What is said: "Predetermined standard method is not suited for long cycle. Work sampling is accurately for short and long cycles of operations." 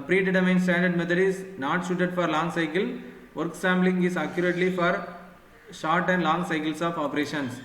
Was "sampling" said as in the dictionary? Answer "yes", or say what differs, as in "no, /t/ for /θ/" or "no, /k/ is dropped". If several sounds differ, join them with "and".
no, /b/ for /p/